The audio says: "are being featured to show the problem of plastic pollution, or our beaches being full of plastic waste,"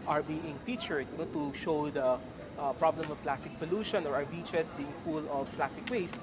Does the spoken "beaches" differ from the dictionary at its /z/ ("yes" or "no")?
yes